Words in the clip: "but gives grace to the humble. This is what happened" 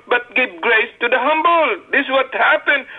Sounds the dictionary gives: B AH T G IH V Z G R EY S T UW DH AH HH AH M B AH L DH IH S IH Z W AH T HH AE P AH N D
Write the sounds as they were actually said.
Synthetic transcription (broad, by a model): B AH T G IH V G R EY S T UW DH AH HH AH M B AH L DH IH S W AH T HH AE P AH N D